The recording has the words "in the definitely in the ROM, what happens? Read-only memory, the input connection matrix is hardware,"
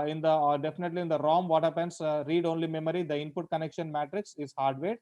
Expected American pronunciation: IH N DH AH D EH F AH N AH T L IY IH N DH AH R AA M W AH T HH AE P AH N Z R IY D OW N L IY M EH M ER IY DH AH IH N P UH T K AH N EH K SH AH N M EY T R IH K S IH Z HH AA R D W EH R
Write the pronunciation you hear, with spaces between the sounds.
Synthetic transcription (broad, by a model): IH N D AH D EH F AH N AH T L IY IH N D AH R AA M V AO T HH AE P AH N S R IY D OW N L IY M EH M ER IY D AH IH N P UH T K AH N EH K SH AH N M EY T R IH K S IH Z HH AA R D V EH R